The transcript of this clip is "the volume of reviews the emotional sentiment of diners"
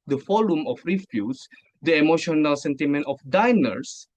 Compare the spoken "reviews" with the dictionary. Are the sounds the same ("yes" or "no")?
no